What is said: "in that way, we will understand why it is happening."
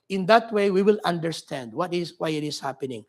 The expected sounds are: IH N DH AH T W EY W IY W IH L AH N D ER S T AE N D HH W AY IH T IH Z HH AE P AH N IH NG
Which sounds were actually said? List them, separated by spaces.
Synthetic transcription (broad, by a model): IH N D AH T W EY W IY W IH L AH N D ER S T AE N D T W AY IH T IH S HH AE P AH N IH NG